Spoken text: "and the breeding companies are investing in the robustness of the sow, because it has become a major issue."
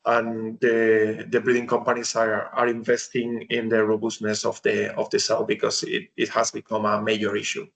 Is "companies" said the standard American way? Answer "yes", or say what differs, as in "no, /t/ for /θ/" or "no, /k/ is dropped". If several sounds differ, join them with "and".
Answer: no, /s/ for /z/